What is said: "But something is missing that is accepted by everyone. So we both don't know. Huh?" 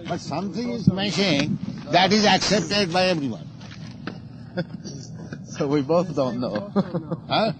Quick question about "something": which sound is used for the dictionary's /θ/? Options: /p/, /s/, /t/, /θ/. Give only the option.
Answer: /t/